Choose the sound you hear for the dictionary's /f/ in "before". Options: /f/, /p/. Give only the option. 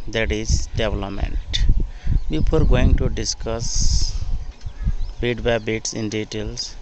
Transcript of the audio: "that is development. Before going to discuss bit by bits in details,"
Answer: /p/